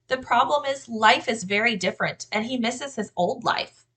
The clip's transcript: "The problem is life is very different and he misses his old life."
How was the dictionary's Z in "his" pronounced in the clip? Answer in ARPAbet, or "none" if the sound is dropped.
Z